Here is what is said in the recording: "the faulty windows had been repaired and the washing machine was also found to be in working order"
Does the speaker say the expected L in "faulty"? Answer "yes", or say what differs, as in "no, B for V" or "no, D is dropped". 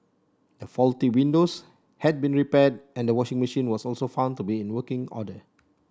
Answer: yes